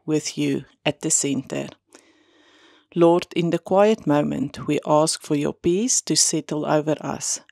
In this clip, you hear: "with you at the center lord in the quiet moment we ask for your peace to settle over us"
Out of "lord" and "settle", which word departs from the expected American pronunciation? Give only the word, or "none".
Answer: none